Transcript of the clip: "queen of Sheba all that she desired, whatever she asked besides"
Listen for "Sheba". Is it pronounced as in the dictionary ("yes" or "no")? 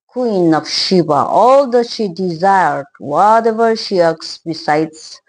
yes